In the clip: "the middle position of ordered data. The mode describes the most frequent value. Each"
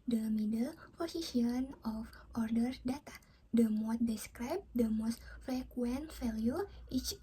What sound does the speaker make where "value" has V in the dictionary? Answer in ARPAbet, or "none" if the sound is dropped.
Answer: F